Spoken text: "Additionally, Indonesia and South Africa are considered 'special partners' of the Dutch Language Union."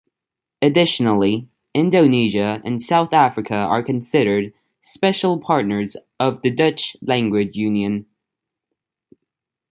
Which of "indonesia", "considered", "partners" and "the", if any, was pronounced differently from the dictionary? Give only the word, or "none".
none